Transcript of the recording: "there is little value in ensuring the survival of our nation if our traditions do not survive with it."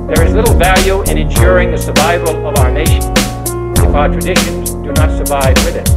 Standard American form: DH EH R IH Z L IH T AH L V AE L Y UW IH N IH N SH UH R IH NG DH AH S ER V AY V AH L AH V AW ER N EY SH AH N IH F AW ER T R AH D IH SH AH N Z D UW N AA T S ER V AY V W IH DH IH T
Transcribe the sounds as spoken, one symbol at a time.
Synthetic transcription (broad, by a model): DH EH R IH Z L IH T L V AE L Y UW IH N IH N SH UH R IH NG DH AH S ER V AY V AH L AH V AW ER N EY SH AH N IH F AW ER T R AH D IH SH AH N Z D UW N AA T S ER V AY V W IH DH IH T